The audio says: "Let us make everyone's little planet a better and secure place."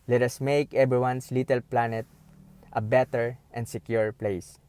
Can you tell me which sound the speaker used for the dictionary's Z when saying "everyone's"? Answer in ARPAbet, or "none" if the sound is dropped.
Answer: S